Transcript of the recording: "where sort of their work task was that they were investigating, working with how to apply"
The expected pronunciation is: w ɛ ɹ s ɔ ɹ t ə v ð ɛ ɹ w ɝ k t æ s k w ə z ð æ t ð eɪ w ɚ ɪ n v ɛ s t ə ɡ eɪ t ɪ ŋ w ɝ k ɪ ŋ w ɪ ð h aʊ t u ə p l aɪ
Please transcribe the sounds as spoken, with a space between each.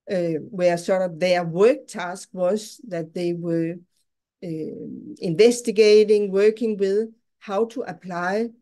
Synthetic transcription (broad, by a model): w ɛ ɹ s ɔ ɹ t ə v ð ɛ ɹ w ɝ k t æ s k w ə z ð æ t ð eɪ w ɚ ɪ n v ɛ s t ə ɡ eɪ t ɪ ŋ w ɝ k ɪ ŋ w ɪ ð h aʊ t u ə p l aɪ